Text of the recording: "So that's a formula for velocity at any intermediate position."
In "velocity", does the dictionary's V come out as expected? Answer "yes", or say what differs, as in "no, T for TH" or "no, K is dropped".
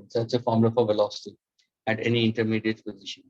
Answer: yes